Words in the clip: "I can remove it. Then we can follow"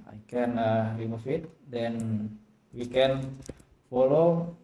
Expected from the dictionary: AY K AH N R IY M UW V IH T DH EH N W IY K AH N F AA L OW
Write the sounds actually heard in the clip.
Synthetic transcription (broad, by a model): AY K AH N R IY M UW F IH T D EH N W IY K AH N F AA L OW